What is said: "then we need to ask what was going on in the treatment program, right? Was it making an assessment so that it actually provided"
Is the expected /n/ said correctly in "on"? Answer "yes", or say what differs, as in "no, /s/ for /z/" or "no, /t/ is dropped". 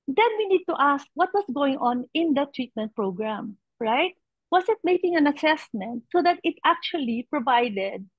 yes